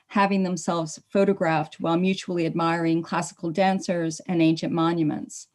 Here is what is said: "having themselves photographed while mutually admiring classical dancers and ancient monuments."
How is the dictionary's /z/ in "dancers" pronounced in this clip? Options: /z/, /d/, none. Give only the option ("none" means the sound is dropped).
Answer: /z/